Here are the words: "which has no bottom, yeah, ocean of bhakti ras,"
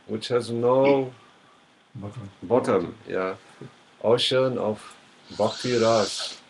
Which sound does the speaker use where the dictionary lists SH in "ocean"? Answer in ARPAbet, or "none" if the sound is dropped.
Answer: SH